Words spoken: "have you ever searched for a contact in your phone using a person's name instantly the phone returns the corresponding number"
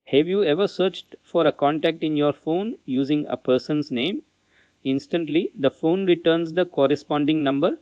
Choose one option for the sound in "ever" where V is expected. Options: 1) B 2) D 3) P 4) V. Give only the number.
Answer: 4